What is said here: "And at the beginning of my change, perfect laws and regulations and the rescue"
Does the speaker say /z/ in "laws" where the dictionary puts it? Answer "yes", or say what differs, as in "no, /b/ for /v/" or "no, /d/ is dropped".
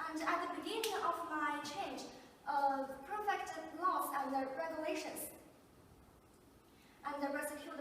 no, /s/ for /z/